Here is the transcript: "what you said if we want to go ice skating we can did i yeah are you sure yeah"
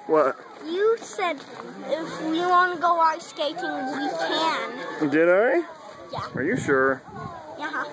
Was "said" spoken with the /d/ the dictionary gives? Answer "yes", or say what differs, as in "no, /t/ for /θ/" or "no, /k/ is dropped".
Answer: yes